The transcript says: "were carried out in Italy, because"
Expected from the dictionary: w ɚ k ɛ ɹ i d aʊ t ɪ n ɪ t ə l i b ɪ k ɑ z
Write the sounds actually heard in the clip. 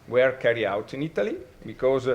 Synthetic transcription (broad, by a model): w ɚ k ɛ ɹ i aʊ t ɪ n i t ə l i b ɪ k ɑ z